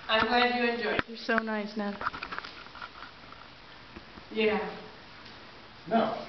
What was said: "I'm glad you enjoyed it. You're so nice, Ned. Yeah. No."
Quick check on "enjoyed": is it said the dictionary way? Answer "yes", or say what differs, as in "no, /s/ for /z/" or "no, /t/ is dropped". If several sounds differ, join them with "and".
no, /d/ is dropped